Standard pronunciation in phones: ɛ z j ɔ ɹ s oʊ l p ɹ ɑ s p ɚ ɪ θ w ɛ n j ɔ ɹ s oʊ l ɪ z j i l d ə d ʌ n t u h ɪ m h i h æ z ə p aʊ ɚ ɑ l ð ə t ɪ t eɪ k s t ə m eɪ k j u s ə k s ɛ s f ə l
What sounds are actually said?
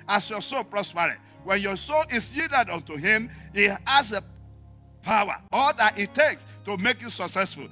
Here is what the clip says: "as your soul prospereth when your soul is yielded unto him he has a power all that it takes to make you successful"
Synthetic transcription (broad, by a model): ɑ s j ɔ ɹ s oʊ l p ɹ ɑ s p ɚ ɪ t w ɛ n j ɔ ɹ s oʊ l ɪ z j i d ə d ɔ n t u h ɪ m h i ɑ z ə p aʊ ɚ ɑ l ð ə t ɪ t eɪ k s t ə m eɪ k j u s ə k s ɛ s f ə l